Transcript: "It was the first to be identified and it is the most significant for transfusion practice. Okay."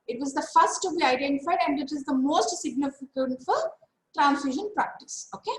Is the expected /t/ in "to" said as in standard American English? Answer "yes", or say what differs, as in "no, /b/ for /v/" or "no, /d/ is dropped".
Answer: yes